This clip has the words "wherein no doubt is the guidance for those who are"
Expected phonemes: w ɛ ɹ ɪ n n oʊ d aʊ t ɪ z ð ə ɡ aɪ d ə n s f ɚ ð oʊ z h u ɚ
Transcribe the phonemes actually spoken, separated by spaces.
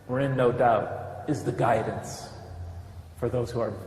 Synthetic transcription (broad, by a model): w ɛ ɹ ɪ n n oʊ d aʊ t ɪ z ð ə ɡ aɪ d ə n s f ɚ ð oʊ z h u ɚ